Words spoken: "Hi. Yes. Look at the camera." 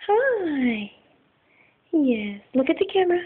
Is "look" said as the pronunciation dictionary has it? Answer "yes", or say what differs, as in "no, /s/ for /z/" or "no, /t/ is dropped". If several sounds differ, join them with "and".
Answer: yes